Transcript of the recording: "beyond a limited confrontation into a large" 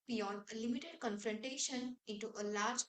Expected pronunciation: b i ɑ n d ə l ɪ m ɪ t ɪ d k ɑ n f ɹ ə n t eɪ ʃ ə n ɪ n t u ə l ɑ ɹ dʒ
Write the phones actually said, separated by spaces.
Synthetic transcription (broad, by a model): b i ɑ n d ə l ɪ m ɪ t ɪ d k ɑ n f ɹ ə n t eɪ ʃ ə n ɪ n t u ə l ɑ ɹ dʒ